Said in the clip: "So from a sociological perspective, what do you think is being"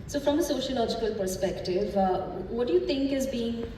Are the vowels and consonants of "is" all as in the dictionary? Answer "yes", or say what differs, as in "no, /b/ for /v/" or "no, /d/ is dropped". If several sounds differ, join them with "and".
yes